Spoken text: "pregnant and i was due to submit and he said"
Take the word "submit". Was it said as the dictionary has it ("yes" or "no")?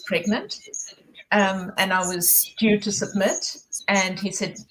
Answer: yes